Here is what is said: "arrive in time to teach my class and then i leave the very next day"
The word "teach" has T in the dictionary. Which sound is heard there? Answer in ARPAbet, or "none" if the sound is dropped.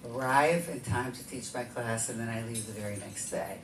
T